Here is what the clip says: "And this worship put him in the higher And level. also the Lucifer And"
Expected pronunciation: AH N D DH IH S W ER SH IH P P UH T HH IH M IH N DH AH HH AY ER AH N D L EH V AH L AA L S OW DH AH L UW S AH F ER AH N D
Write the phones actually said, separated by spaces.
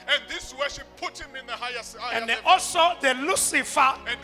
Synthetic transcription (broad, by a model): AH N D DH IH S W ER SH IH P P UH T HH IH M IH N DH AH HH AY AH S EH AH AA L S OW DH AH L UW S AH F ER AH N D